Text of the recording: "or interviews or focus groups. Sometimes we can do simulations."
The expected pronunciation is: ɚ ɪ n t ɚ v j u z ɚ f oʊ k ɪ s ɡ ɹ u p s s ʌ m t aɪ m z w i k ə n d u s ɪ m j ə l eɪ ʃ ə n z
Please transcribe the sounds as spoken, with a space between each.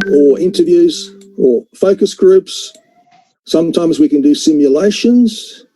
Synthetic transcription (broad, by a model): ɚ ɪ n t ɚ v j u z ɚ f oʊ k ɪ s ɡ ɹ u p s s ʌ m t aɪ m z w i k ə n d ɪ s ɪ m j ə l eɪ ʃ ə n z